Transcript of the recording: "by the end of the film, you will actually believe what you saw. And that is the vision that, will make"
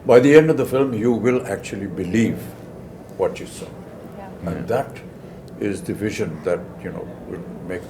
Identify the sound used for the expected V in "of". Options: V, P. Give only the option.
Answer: V